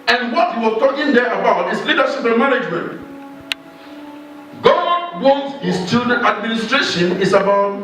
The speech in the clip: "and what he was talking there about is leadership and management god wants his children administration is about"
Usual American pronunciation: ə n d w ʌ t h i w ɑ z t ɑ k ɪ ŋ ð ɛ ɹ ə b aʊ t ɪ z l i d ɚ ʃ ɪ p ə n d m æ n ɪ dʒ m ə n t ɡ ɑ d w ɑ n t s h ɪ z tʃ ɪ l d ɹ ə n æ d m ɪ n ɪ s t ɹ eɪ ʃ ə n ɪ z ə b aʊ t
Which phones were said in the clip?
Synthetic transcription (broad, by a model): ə n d w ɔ t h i w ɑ s t ɑ k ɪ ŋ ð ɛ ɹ ə b aʊ t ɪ s l i d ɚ ʃ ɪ p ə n m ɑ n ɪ dʒ m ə n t ɡ ɑ d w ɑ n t h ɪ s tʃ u d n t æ d m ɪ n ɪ s t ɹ eɪ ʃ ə n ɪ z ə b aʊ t